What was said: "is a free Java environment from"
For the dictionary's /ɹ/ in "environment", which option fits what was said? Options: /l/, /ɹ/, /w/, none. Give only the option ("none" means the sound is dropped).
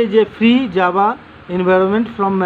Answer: /ɹ/